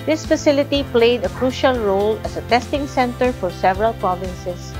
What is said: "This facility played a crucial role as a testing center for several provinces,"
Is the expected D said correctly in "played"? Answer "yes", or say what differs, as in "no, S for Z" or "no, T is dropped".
yes